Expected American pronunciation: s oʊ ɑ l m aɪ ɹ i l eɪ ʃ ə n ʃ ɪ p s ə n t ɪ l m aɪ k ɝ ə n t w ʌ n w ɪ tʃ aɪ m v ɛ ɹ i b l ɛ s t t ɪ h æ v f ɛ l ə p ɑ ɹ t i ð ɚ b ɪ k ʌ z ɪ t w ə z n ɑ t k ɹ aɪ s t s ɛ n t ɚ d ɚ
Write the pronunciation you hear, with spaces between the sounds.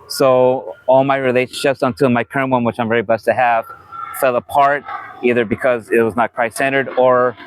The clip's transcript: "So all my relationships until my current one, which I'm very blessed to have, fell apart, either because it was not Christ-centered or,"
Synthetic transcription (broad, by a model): s oʊ ɑ l m aɪ ɹ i l eɪ ʃ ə n ʃ ɪ p s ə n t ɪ m aɪ k ɝ ə n t w ʌ n w ɪ tʃ aɪ m v ɛ ɹ i b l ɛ s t t ɪ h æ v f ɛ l ə p ɑ ɹ t i ð ɚ b ɪ k ʌ z ɪ t w ə z n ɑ t k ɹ aɪ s s ɛ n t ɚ d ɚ